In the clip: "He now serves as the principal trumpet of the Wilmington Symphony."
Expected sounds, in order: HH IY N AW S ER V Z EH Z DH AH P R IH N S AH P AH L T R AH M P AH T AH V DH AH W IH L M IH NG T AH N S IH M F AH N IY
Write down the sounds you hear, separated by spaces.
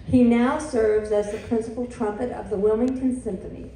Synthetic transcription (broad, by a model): HH IY N AW S ER V Z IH Z DH AH P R IH N S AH P L T R AH M P AH T AH V DH AH W IH L M IH NG T AH N S IH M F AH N IY